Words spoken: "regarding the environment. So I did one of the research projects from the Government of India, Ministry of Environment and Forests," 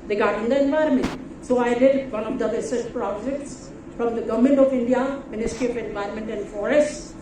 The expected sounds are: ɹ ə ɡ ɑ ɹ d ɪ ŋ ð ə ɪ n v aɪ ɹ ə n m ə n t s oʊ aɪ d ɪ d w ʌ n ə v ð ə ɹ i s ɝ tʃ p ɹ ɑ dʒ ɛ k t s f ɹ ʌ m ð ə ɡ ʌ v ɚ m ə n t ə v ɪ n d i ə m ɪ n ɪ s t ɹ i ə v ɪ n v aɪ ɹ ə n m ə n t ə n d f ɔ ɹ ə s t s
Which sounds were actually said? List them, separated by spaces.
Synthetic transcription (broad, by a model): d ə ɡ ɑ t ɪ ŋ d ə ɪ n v aɪ ɹ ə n m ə n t s oʊ aɪ d ɪ d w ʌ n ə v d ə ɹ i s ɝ s p ɹ ɑ dʒ ɛ k t s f ɹ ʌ m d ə ɡ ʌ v m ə n t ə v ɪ n d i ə m ɪ n ɪ s t ɹ i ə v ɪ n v aɪ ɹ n m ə n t ə n d f ɔ ɹ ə s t